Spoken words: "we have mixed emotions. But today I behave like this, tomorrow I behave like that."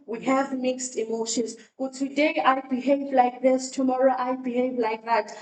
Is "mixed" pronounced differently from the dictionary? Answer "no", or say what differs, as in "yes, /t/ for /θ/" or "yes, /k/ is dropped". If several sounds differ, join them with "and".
no